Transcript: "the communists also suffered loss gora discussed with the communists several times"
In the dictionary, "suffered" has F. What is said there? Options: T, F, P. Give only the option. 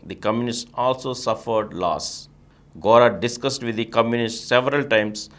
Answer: F